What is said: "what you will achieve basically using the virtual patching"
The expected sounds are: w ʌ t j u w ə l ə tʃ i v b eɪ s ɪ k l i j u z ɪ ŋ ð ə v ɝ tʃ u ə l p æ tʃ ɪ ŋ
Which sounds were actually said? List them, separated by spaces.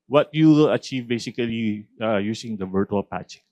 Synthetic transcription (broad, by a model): w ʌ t j u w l ə tʃ i v b eɪ s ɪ k l i j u s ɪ ŋ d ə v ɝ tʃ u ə l p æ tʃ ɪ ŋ